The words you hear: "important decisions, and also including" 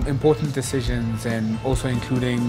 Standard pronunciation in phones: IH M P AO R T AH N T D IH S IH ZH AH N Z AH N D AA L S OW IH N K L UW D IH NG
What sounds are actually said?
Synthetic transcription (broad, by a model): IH M P AO R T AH N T D IH S IH ZH AH N Z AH N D AA L S OW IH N K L UW D IH NG